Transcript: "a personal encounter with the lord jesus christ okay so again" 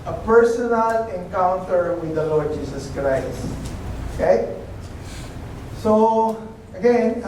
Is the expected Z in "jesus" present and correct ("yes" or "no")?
no